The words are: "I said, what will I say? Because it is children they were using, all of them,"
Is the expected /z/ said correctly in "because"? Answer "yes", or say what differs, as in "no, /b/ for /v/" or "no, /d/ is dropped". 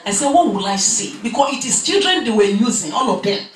no, /s/ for /z/